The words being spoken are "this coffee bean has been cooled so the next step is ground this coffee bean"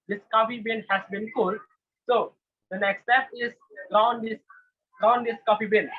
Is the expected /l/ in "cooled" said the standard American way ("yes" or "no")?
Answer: yes